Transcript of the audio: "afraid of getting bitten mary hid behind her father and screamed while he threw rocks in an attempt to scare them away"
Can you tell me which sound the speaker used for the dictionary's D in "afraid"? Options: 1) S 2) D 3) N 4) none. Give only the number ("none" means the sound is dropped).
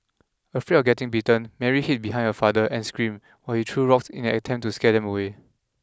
4